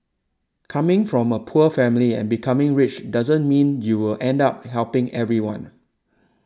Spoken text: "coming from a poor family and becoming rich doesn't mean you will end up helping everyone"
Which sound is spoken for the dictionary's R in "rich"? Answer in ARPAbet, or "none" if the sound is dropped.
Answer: R